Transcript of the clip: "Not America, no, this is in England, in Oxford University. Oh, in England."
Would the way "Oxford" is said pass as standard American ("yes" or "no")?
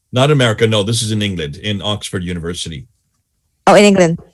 yes